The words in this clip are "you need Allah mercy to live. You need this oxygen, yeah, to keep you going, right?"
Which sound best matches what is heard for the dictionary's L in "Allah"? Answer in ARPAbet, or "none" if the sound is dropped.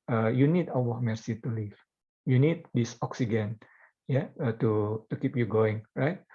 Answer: W